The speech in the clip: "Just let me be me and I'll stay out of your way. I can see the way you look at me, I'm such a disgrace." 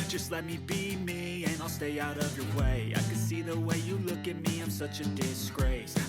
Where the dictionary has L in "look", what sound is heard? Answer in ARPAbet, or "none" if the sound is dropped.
L